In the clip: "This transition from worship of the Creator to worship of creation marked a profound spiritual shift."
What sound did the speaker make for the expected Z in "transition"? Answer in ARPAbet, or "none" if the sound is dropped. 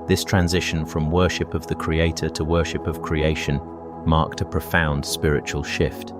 Z